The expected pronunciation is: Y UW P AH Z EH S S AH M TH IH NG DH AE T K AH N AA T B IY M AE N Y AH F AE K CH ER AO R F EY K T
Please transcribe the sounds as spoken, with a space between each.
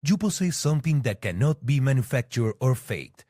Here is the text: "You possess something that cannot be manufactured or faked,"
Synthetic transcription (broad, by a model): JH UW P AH S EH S S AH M T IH NG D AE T K AH N AA T B IY M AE N Y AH F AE K CH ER AO R F EY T